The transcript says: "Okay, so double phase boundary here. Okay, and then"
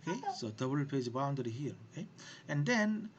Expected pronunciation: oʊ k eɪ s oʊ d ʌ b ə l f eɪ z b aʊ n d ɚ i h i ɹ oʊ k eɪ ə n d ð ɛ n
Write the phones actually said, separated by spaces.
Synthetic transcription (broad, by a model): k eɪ s oʊ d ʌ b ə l p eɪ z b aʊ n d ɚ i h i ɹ oʊ k eɪ ə n d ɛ n